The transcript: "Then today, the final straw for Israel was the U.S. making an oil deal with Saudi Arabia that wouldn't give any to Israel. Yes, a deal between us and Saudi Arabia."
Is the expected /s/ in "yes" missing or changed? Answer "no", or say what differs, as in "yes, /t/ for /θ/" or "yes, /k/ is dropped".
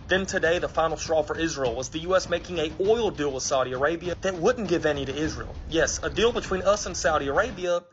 no